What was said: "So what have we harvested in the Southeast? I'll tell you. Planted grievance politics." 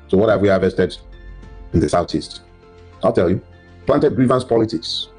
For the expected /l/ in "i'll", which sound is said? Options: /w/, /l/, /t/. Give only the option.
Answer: /l/